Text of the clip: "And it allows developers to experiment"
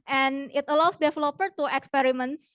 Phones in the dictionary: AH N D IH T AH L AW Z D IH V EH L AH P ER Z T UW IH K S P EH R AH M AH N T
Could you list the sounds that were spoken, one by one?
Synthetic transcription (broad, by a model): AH N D IH T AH L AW S D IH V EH L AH P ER T UW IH K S P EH R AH M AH N T